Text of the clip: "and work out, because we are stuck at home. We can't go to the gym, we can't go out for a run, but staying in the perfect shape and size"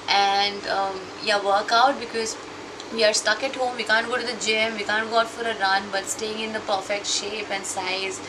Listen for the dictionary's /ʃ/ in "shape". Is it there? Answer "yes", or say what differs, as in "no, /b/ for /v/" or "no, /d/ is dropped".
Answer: yes